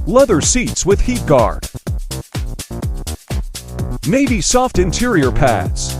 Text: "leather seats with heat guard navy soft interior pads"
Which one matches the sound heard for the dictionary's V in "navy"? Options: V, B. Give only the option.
B